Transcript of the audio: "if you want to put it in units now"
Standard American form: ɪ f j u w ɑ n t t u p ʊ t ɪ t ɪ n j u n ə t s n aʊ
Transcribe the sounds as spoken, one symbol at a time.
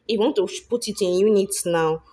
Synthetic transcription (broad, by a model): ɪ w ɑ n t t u p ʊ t ɪ t ɪ n j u n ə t n aʊ